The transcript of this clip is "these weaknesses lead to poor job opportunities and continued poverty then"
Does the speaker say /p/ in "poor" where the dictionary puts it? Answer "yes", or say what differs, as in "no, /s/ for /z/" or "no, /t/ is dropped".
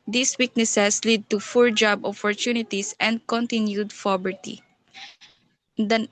no, /f/ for /p/